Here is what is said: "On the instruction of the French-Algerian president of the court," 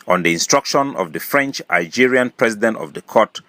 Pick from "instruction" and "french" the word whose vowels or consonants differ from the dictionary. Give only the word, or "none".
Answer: none